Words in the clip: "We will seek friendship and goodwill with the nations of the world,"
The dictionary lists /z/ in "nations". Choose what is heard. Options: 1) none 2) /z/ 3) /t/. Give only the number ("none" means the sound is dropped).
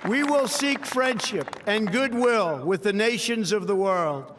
2